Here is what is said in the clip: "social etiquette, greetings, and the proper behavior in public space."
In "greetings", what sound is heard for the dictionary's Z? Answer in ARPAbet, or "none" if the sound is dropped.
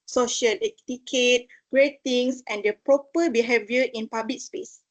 S